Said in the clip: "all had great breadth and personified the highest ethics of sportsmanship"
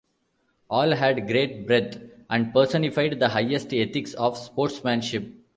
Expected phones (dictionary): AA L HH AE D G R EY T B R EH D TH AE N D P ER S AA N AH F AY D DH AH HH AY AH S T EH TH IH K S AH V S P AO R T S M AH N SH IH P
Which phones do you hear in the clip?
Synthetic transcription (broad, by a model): AA L HH AE D G R EY T B R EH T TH AE N D P ER S AA N AH F AY D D AH HH AY AH S T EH T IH K S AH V S P AO R T S M AH N SH IH P